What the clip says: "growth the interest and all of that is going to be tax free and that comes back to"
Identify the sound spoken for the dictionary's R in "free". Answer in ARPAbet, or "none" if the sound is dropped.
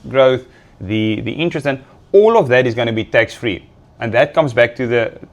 R